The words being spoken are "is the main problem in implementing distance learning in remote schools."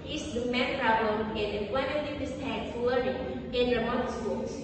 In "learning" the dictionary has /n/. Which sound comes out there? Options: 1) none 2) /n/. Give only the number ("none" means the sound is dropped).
1